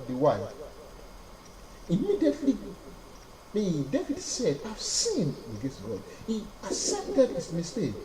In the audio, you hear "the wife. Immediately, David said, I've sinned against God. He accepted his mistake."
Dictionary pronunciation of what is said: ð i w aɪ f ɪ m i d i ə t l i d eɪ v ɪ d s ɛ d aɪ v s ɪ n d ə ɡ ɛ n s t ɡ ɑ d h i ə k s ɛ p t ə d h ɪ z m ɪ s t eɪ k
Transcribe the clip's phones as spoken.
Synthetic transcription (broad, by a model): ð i w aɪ ɪ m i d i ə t l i d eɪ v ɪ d s ɛ d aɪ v s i n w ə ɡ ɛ s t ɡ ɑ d h i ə s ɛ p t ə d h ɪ s m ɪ s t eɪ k